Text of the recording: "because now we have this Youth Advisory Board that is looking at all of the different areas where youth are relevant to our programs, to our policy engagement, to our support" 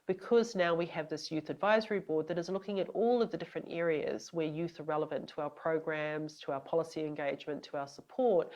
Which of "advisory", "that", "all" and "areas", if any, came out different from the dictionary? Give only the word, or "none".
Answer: none